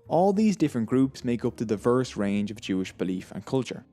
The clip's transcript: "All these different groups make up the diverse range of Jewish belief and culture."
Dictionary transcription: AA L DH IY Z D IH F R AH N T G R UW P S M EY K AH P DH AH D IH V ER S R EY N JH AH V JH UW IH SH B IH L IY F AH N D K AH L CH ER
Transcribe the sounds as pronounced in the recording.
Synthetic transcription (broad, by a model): AA L DH IY Z D IH F R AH N G R UW P S M EY K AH P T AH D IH V ER S R EY N JH AH V JH UW IH SH B IH L IY F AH N K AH L CH ER